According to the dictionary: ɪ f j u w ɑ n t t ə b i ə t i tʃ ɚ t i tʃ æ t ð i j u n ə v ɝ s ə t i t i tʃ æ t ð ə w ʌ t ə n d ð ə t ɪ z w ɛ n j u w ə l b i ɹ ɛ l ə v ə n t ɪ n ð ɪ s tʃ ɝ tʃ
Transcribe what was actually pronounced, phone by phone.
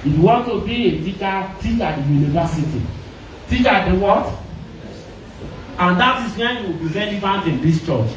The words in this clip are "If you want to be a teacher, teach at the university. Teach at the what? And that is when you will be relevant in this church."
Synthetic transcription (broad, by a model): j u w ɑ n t t ə b i ə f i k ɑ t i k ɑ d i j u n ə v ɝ s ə t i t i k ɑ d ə w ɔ t ə n d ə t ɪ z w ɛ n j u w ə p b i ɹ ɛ n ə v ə n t ɪ n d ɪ s tʃ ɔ tʃ